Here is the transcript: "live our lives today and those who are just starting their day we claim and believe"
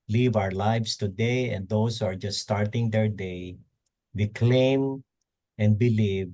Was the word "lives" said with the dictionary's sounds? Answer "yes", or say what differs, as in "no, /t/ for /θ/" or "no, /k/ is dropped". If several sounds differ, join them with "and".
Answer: no, /s/ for /z/